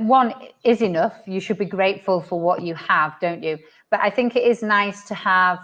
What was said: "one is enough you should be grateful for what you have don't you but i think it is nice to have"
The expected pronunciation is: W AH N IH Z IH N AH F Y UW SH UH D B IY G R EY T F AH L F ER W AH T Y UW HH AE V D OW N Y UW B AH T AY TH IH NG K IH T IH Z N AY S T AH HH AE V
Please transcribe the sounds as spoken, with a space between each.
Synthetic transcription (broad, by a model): W AH N IH Z IH N AH F Y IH SH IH D B IY G R EY T F AH L F ER W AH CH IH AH V D OW N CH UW B AH T AY TH IH NG K IH T IH Z N AY S T AH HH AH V